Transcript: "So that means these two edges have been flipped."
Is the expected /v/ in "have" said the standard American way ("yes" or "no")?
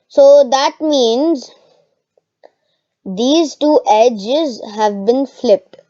yes